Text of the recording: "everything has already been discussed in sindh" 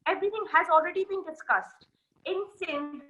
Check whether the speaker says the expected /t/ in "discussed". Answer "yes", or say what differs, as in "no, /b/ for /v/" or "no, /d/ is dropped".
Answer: yes